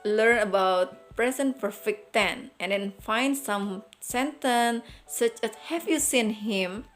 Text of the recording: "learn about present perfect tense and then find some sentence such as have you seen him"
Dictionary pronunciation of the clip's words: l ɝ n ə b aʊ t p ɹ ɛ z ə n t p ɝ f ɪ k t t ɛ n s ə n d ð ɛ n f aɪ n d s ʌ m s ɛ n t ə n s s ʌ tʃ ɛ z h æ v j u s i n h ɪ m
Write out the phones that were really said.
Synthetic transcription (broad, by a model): l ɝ n ə b aʊ t p ɹ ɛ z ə n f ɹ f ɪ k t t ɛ n ə n d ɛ n f aɪ n d s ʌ m s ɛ n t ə n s s ʌ tʃ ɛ s h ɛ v j u s i n h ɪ m